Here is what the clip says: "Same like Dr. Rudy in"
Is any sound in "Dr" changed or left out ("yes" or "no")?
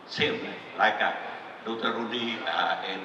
yes